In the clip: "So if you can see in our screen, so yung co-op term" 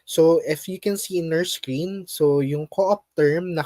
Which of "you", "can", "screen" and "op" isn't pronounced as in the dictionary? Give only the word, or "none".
none